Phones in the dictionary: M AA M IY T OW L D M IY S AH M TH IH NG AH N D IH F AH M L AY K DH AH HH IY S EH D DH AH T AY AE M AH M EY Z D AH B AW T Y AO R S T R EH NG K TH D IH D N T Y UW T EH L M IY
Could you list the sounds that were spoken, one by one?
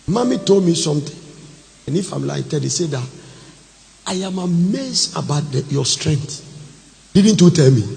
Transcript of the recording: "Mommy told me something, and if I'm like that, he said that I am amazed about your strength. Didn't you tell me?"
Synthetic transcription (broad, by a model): M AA M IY T OW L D M IY S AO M T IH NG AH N IH F AH M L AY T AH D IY S EH D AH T AY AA M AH M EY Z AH B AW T Y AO S T R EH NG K T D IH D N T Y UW T EH L M IY